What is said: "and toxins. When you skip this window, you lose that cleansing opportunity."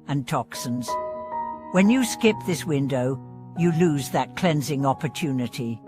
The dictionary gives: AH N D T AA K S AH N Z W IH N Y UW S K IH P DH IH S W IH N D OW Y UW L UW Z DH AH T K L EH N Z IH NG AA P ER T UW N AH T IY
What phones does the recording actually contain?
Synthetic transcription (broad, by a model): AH N T AA K S AH N Z W IH N Y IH S K IH P DH IH S W IH N D OW Y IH L UW Z DH AH T K L EH N Z IH NG AA P ER T UW N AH T IY